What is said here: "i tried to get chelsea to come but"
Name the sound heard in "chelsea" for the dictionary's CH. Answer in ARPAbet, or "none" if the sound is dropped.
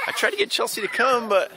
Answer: CH